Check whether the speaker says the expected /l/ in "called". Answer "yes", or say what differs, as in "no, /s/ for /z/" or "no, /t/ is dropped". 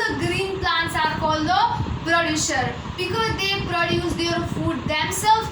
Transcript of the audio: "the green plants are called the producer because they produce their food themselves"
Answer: yes